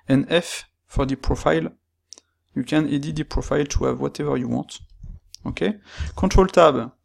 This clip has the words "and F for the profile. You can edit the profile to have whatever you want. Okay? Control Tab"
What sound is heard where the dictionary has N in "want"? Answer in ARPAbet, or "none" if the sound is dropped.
none